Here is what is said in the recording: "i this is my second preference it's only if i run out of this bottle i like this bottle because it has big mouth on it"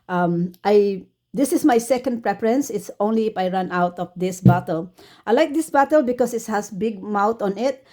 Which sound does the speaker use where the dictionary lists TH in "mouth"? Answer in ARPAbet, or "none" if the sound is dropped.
T